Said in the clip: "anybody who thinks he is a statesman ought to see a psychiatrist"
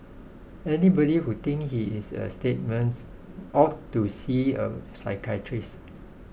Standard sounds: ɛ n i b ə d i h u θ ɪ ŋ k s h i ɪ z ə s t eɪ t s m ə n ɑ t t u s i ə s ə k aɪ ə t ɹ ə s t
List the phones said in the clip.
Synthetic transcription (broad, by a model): ɛ n i b ə d i h u t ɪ ŋ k h i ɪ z ə s t eɪ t m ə n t t u s i ə s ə k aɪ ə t ɹ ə s